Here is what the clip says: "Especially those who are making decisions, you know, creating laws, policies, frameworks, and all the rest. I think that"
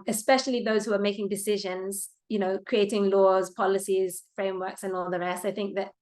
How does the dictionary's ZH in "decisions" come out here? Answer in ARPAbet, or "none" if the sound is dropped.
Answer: ZH